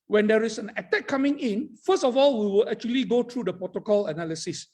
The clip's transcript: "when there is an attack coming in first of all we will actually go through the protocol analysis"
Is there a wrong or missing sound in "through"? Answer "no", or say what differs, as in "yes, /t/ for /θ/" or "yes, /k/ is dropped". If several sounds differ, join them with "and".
yes, /t/ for /θ/